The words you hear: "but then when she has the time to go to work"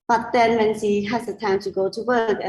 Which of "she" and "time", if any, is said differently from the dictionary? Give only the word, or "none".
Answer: she